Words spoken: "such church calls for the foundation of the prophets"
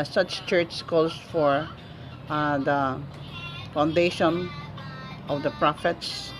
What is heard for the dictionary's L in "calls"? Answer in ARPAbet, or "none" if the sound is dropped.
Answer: none